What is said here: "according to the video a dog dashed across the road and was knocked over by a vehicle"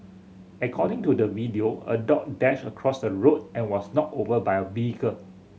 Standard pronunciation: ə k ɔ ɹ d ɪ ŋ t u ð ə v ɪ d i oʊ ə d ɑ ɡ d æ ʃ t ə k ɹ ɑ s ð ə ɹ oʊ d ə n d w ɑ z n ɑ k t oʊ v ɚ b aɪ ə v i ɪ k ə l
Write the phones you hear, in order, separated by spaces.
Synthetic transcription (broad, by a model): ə k ɔ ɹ d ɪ ŋ t u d ə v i d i oʊ ə d ɑ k d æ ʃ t ə k ɹ ɑ s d ə ɹ oʊ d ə n w ɑ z n ɑ t oʊ v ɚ b aɪ ə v i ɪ k ə l